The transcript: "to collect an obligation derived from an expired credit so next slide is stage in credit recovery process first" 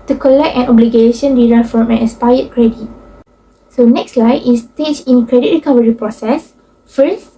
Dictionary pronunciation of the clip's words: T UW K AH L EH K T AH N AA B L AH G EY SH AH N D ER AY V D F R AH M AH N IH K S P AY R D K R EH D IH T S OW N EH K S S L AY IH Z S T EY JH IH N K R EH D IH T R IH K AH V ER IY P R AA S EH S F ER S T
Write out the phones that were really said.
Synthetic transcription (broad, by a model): T UW K AH L EH K T AH N AA B L AH G EY SH AH N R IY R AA F R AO M AH N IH S P AY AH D K R EH D IH T S OW N EH K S S L AY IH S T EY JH IH N K R EH D IH T R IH K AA V ER IY P R AA S EH S F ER S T